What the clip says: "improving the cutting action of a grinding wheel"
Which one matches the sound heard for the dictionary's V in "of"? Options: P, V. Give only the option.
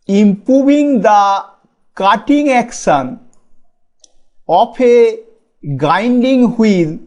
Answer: P